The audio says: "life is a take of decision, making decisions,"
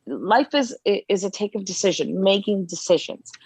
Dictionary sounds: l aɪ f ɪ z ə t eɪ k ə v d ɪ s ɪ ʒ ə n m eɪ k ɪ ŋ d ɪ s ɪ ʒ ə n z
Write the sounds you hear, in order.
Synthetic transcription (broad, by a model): l aɪ f ɪ z ə t eɪ k ə v d ɪ s ɪ ʒ ə n m eɪ k ɪ ŋ d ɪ s ɪ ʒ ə n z